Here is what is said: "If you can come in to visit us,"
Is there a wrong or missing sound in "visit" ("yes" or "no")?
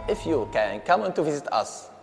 no